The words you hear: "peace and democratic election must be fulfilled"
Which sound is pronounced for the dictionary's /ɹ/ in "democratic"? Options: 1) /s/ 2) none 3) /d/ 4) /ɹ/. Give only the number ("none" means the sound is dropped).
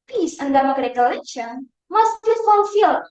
2